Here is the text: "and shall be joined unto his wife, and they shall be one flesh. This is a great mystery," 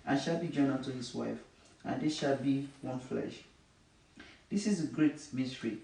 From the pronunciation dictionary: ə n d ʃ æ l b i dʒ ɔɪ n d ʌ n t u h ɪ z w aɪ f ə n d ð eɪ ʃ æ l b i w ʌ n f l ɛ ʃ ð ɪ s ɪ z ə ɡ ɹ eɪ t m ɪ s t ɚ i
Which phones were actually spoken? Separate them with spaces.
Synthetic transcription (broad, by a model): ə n ʃ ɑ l b i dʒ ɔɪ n ʌ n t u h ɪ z w aɪ f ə n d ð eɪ ʃ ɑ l b i w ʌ n f l ɛ ʃ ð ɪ s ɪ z ə ɡ ɹ eɪ t m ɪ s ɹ i